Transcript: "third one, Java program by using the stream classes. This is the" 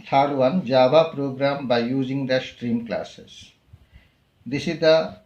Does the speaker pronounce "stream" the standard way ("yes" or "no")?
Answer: yes